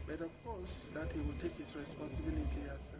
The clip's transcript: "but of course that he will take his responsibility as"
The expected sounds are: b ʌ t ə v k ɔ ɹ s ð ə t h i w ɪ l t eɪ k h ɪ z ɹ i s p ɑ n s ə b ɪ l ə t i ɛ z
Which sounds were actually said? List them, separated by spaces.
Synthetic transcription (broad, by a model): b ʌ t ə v k ɔ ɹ s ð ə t h i w ɪ l t eɪ k h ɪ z ɹ i s p ɑ n s ə b ɪ l ə t i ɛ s